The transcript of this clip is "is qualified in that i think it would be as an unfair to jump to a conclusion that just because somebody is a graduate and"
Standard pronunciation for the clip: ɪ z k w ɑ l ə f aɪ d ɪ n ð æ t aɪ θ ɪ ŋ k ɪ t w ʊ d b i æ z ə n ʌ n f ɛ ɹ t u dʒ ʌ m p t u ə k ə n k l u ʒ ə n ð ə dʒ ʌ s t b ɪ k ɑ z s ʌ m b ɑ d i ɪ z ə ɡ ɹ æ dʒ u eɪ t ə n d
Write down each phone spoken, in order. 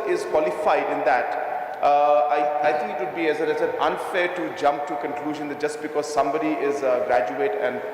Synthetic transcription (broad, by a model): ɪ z k w ɑ l ə f aɪ d ɪ n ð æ t aɪ t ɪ ŋ k ɪ t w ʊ d b i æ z ə n ʌ n f ɛ ɹ t u dʒ ʌ m p t u k ə n k l u ʒ ə n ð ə dʒ ʌ s t b ɪ k ɑ z s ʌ m b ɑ d i ɪ z ɡ ɹ æ dʒ u eɪ t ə n d